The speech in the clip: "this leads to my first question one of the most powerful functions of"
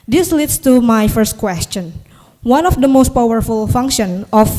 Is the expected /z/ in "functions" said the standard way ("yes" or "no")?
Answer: no